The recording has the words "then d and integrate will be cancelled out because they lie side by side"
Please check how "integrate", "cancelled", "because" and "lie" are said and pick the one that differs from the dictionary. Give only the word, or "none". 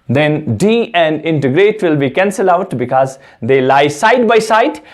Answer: cancelled